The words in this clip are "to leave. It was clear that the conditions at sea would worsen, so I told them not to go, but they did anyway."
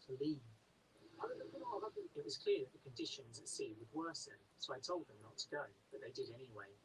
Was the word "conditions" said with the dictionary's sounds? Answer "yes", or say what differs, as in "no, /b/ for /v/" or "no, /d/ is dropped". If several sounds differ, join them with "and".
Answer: yes